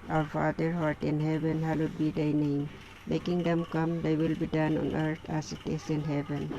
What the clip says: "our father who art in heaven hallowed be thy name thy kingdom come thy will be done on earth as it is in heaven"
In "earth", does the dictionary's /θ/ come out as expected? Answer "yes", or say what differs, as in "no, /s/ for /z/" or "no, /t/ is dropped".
no, /t/ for /θ/